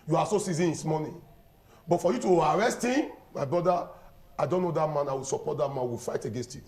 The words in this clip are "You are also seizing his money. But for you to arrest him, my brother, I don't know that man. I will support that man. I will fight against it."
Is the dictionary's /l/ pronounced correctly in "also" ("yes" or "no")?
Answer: no